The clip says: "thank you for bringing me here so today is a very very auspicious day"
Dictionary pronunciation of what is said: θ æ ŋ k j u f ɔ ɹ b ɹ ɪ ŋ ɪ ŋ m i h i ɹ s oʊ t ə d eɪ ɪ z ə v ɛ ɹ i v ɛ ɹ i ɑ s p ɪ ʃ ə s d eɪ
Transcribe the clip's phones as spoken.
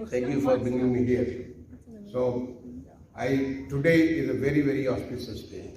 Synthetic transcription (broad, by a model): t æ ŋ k j u f ɔ ɹ b ɪ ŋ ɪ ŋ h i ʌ ɹ s oʊ t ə d eɪ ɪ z ə v ɛ ɹ i v ɛ ɹ i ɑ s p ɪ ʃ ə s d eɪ